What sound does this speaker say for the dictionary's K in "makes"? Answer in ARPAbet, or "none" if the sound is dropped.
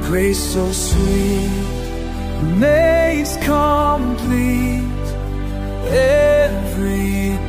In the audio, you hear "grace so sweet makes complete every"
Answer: none